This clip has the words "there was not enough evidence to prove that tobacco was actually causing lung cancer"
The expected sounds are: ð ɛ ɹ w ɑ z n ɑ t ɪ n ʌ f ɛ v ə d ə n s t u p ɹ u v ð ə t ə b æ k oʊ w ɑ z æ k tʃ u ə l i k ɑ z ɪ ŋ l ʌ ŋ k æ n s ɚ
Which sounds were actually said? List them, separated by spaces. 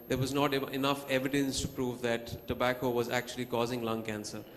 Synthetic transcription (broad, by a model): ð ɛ ɹ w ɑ z n ɑ t ɪ n ʌ f ɛ v ə d ə n s t u p ɹ u v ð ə t ə b æ k oʊ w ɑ z æ k tʃ u ə l i k ɑ z ɪ ŋ l ʌ ŋ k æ n s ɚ